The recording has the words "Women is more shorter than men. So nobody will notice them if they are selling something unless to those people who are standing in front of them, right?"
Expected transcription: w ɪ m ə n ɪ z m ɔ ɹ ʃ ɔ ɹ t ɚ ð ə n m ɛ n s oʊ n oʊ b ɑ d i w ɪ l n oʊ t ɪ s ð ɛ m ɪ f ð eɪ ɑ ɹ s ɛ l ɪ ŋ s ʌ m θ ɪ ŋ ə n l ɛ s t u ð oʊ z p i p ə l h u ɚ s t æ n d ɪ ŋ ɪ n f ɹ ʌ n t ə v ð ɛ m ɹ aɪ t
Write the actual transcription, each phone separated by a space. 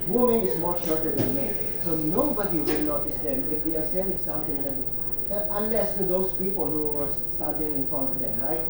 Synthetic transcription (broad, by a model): w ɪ m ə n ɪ s m ɔ ɹ ʃ ɔ ɹ t ɚ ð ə n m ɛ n s oʊ n oʊ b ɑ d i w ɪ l n oʊ t ɪ s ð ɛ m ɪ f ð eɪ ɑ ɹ s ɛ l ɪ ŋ s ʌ m t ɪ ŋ ə n l ɛ s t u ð oʊ s p i p ə l h u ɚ s t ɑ d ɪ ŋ ɪ n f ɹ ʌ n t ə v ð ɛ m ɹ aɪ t